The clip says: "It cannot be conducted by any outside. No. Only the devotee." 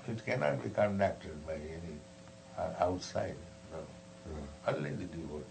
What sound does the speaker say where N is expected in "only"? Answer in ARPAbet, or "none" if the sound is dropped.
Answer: none